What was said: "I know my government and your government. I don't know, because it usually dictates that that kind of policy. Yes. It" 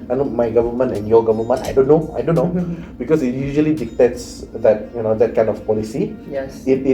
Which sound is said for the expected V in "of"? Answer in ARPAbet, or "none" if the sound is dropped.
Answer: F